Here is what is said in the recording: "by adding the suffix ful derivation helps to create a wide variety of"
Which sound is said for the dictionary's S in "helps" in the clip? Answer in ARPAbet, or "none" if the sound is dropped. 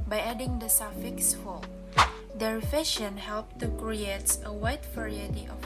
none